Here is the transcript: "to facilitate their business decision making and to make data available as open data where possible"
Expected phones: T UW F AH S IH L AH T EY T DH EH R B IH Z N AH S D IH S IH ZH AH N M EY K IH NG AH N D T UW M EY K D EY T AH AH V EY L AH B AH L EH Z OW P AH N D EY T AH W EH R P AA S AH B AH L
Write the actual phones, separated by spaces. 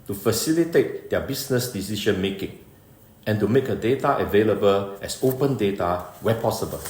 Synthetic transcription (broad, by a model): T UW F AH S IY L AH T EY T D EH B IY S N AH S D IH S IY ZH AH N M EY K IH NG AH N T UW M EY K D EY T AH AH V EY L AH B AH L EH S OW P AH N D EY T AH W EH P AA S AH B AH L